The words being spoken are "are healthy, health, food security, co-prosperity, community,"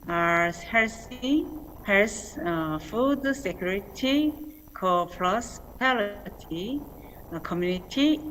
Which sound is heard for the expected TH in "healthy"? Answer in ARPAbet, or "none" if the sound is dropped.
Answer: S